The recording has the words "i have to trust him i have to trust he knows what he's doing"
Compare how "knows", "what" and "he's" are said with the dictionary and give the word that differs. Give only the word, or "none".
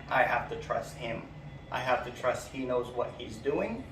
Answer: none